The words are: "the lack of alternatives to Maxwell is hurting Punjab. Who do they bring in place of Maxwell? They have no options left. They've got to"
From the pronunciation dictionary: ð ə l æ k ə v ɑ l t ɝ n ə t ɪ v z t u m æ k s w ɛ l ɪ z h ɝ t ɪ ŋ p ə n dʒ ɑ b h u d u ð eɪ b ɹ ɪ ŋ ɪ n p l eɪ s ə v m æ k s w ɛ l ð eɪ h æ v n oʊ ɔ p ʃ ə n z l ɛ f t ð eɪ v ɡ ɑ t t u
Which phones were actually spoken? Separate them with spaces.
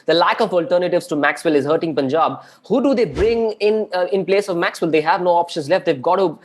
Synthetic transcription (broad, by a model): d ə l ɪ k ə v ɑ l t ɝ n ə t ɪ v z t u m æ k s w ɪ l ɪ z h ɝ t ɪ ŋ p ə n dʒ ɑ b h u d u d eɪ b ɹ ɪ ŋ ɪ n p l eɪ s ə v m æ k s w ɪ l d eɪ h æ v n oʊ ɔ p ʃ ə n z l ɛ f t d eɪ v ɡ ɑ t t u